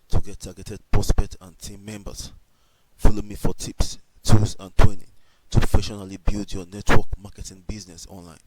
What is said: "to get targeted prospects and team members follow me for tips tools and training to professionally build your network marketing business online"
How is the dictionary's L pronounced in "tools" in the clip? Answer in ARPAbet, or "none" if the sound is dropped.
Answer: none